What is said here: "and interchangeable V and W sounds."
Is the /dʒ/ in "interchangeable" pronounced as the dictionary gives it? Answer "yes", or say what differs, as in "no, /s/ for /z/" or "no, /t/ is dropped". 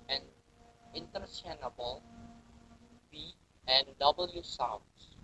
no, /dʒ/ is dropped